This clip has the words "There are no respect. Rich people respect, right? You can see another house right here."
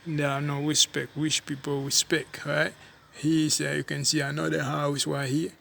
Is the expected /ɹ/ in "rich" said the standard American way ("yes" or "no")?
no